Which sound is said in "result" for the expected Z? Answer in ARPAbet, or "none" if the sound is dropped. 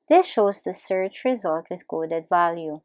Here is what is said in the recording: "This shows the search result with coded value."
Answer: Z